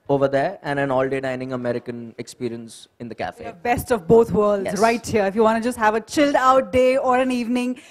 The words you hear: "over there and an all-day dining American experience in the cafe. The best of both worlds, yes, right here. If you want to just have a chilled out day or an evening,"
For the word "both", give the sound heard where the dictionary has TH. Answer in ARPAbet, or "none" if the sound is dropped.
T